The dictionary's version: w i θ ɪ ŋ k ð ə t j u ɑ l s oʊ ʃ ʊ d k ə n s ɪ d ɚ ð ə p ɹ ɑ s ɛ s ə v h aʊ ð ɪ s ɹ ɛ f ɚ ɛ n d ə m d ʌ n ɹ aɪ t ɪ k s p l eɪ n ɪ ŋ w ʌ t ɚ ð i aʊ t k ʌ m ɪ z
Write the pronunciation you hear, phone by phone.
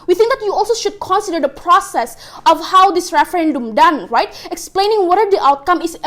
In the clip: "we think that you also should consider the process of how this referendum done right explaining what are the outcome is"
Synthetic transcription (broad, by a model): w i θ ɪ ŋ k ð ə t j u ɑ l s oʊ ʃ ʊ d k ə n s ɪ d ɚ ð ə p ɹ ɑ s ɛ s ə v h aʊ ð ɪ s ɹ ɛ f ɚ ɛ n d ə m d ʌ n ɹ aɪ t ɪ k s p l eɪ n ɪ ŋ w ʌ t ɚ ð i aʊ t k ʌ m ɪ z